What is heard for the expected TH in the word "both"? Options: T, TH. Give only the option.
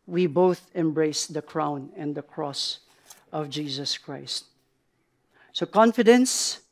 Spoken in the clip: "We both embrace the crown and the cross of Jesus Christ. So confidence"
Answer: TH